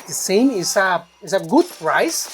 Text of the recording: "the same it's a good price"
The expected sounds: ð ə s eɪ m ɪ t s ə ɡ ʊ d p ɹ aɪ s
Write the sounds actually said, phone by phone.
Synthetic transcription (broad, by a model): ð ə s eɪ m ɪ s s ə ɡ ʊ d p ɹ aɪ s